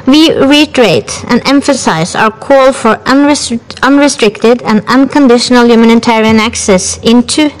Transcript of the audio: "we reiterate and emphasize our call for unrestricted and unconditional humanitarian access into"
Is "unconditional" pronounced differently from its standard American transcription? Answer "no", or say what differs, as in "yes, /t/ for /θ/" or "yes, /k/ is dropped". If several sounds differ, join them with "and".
no